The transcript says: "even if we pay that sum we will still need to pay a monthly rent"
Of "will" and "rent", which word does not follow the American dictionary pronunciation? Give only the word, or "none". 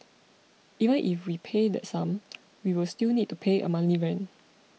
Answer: rent